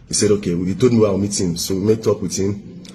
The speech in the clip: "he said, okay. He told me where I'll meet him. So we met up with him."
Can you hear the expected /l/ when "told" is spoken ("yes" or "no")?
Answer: no